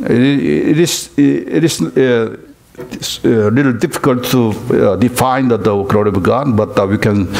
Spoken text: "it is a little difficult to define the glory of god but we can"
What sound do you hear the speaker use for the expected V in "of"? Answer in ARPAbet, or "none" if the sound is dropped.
B